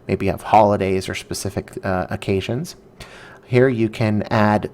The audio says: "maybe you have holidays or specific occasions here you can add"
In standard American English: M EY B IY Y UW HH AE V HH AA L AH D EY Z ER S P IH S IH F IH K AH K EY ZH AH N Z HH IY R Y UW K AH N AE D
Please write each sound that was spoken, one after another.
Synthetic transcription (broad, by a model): M EY B IY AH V HH AA L AH D EY Z ER S P IH S IH F IH K AH K EY ZH AH N Z HH IY R Y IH K AH N AE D